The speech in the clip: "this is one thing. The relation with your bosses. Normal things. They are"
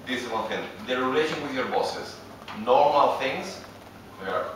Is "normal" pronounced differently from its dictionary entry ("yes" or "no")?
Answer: no